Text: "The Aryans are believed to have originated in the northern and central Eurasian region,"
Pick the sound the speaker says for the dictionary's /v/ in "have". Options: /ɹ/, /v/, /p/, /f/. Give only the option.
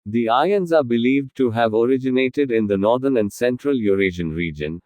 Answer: /v/